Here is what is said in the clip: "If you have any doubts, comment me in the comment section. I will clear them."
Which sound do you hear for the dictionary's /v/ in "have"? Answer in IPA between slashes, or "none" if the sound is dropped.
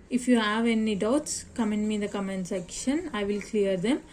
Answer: /v/